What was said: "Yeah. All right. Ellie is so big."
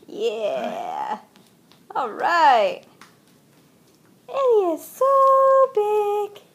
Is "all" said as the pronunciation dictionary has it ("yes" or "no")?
yes